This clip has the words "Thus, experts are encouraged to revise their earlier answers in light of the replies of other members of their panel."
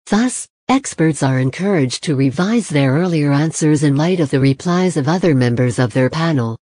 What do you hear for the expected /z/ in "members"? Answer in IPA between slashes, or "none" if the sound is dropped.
/z/